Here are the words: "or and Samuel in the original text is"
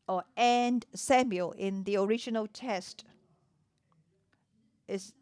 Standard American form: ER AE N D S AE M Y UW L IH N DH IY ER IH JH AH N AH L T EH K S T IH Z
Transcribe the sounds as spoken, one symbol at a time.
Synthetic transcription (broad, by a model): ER AE N D S AE M Y UW L IH N DH IY ER IH JH AH N AH L T EH S T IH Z